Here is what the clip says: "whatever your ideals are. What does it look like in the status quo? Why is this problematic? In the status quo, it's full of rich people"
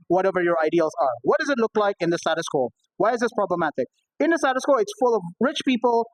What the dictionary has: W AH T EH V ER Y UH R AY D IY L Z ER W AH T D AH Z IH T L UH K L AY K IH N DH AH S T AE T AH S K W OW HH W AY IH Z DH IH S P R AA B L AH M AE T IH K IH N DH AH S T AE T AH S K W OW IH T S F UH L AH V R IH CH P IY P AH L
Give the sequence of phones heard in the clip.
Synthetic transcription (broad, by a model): W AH T EH V ER Y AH R AY D IY L Z ER W AH T D AH Z IH T L UH K L AY K IH N DH AH S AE T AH S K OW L W AY IH Z DH IH S P R AA B L AH M AE T IH K IH N DH AH S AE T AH S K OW IH T S F UH L AH V R IH CH P IY P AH L